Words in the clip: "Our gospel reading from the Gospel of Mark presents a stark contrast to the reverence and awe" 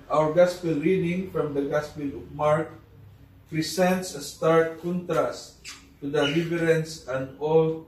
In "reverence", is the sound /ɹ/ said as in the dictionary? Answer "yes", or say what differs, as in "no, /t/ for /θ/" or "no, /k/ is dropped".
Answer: no, /l/ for /ɹ/